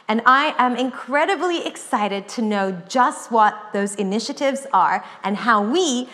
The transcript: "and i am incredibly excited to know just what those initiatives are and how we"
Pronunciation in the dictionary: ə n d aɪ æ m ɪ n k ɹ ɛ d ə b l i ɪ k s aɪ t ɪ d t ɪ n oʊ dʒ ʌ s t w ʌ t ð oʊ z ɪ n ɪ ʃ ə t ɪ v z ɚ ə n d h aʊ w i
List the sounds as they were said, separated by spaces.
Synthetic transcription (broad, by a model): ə n aɪ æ m ɪ n k ɹ ɛ d ə b l i ɪ k s aɪ t ɪ d t ɪ n oʊ dʒ ʌ s t w ʌ t ð oʊ z ɪ n ɪ ʃ ə t ɪ v z ɚ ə n h aʊ w i